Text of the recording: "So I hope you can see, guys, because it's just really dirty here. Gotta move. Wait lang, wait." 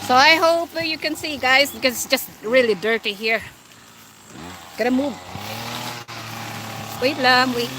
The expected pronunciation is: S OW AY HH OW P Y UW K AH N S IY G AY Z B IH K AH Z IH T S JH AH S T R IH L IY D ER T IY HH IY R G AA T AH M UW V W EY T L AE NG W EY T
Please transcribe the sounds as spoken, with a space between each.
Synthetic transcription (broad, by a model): S OW AY HH OW P Y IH K AH N S IY G AY Z B IH K AH Z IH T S JH AH S T R IH L IY D ER T IY HH IY R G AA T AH M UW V W EY T L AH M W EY